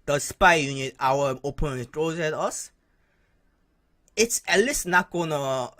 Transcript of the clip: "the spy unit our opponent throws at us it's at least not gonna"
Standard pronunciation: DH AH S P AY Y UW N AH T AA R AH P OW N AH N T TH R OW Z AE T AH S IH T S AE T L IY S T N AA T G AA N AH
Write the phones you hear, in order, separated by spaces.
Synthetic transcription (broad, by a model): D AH S P AY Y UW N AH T AA W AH OW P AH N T R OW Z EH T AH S IH T S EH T L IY S N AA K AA N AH